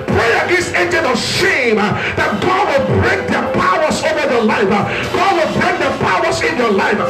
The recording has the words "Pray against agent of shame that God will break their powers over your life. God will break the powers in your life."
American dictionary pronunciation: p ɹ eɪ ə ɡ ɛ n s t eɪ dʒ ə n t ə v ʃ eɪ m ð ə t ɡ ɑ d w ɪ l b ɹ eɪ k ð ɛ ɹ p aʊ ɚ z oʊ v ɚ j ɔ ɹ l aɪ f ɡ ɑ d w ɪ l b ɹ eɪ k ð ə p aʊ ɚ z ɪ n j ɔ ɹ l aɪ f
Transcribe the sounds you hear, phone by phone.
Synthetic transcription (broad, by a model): p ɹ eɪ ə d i s eɪ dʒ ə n ə ʃ eɪ m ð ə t ɡ ɑ d w ɪ l b ɹ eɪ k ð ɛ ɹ p aʊ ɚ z oʊ v ɚ j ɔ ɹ l aɪ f ɡ ɑ d w ɪ l b ɹ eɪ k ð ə p aʊ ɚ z ɪ n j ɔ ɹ l aɪ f